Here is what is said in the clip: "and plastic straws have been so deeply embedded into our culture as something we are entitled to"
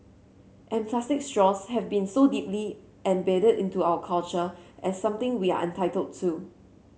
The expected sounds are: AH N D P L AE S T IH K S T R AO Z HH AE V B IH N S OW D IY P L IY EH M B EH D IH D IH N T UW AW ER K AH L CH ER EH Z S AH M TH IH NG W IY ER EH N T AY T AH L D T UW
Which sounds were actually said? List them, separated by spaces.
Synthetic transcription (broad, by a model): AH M P L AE S T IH K S T R AO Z HH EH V B IH N S OW D IY P L IY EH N B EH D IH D IH N T UW AW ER K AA L CH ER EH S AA M T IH NG W IY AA EH N T AY T AH L D T UW